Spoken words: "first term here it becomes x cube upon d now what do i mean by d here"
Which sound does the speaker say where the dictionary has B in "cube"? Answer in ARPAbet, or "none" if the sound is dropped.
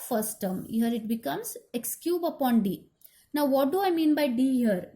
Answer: B